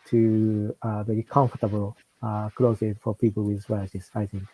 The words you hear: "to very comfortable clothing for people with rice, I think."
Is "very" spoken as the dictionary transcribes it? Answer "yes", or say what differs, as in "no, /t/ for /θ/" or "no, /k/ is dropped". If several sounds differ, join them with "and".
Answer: no, /b/ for /v/